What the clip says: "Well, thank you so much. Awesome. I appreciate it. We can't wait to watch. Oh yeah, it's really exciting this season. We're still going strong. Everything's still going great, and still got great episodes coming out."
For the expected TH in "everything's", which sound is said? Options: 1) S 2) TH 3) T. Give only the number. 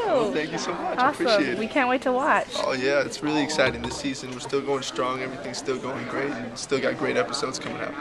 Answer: 2